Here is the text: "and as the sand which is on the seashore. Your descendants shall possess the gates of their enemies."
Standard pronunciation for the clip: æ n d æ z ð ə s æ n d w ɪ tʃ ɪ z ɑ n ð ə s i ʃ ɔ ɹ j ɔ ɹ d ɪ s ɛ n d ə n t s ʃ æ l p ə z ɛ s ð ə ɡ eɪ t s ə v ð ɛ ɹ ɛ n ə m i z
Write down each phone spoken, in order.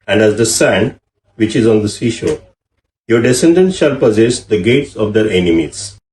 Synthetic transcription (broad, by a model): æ n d æ z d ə s æ n d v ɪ tʃ ɪ z ɑ n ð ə s i ʃ ɔ ɹ j ɔ ɹ d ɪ s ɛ n d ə n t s ʃ æ l p ə z ɛ s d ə ɡ eɪ t s ə v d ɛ ɹ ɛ n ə m i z